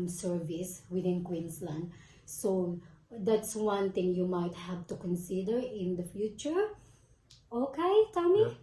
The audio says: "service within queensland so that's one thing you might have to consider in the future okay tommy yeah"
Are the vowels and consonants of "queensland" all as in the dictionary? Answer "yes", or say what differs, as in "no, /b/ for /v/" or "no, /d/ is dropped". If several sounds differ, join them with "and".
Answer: no, /s/ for /z/